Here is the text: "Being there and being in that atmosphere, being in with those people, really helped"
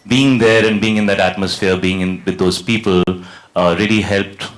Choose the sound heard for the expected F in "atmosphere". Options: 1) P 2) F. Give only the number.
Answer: 2